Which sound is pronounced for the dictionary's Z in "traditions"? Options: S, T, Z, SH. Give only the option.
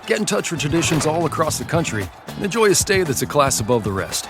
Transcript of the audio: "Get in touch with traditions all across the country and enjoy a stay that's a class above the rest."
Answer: Z